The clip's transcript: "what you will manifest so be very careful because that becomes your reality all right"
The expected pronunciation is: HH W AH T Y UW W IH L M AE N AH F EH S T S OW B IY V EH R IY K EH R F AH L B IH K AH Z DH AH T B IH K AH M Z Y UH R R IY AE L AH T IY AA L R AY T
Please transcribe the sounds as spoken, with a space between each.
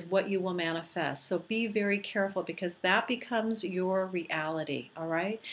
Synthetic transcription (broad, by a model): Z W AH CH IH W IH L M AE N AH F EH S T S OW B IY V EH R IY K EH R F L B IH K AH Z DH AH T B IH K AH M Z Y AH R R IY AE L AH T IY AA L R AY T